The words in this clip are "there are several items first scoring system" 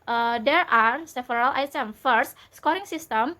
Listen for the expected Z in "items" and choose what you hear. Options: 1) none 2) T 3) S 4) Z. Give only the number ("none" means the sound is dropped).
1